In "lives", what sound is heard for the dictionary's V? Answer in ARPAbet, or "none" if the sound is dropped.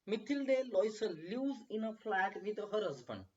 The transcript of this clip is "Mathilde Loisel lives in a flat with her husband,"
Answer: none